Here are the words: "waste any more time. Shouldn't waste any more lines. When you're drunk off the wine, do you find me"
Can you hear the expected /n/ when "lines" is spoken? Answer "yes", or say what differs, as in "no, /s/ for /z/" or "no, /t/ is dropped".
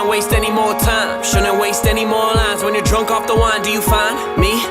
no, /n/ is dropped